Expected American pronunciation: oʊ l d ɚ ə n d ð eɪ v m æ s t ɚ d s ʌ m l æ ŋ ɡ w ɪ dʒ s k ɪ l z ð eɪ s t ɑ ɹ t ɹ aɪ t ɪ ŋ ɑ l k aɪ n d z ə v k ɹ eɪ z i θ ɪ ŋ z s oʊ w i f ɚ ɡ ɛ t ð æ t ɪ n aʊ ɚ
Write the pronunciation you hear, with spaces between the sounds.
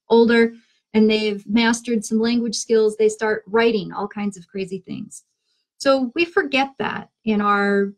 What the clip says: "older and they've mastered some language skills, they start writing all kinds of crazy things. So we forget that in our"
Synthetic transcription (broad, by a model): oʊ l d ɚ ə n ð eɪ v m æ s t ɚ d s ʌ m l æ ŋ ɡ w ɪ dʒ s k ɪ l z ð eɪ s t ɑ ɹ t ɹ aɪ t ɪ ŋ ɑ l k aɪ n d z ə v k ɹ eɪ z i θ ɪ ŋ z s oʊ w i f ɚ ɡ ɛ t ð æ t ɪ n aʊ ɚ